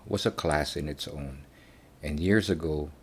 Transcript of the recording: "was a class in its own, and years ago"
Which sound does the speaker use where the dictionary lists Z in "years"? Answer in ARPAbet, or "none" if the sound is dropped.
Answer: Z